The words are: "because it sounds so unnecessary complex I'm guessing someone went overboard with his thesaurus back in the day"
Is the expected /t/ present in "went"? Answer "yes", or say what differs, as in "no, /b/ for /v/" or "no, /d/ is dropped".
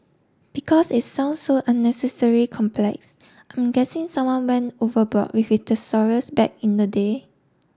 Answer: no, /t/ is dropped